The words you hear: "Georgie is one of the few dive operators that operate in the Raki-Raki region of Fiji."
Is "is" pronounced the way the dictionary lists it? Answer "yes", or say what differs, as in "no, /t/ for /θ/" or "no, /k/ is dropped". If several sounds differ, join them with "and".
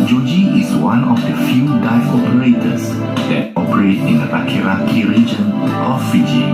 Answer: no, /s/ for /z/